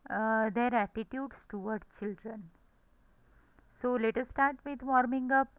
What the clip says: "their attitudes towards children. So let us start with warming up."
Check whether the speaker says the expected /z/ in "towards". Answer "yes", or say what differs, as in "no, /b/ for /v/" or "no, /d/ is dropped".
no, /z/ is dropped